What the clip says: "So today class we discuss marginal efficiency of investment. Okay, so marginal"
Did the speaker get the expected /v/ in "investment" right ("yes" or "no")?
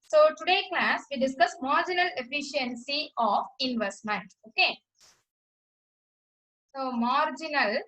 yes